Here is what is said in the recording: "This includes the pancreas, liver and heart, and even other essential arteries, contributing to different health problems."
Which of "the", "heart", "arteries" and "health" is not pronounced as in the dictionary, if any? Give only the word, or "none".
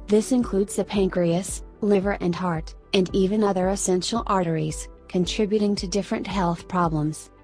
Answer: none